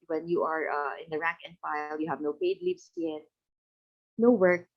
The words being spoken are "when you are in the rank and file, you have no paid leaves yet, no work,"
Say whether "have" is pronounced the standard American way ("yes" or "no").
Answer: yes